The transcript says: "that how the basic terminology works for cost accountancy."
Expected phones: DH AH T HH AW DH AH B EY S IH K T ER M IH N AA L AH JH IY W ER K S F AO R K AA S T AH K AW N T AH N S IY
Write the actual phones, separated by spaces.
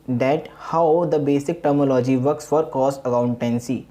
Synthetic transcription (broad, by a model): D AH T HH AW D AH B EY S IH K T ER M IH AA L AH JH IY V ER K S F AO R K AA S AH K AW N T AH N S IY